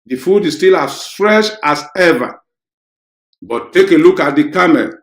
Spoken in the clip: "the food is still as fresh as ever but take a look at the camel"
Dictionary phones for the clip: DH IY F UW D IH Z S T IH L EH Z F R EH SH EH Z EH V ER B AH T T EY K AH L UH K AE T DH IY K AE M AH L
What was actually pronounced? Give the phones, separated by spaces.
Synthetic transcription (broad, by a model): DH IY F UW D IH S T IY L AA S F R EH SH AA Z EH V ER B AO T T EY K AH L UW K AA T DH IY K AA M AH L